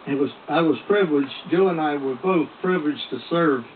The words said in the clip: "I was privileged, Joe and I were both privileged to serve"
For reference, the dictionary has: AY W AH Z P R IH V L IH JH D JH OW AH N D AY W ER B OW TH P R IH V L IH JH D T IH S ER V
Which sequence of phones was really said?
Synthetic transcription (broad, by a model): AY W AH Z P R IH V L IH JH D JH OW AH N AY W ER B OW TH P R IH V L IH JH T IH S ER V